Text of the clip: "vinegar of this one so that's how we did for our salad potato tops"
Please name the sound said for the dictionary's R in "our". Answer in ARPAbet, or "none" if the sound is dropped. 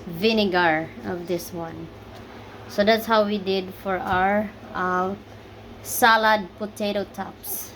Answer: R